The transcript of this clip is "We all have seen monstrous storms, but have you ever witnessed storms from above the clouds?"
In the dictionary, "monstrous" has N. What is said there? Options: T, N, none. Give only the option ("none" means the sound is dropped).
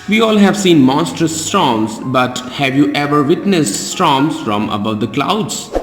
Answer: N